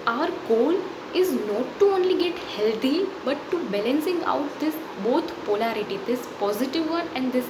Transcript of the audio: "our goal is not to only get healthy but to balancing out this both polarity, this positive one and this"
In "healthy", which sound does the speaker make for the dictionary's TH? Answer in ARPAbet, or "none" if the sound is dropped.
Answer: T